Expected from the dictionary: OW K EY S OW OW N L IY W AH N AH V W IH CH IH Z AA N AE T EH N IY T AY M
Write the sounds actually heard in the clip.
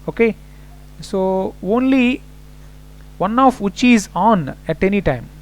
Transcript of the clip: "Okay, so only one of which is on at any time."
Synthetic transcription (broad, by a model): OW K EY S OW OW N L IY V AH N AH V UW CH IH Z AA N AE T EH N IY T AY M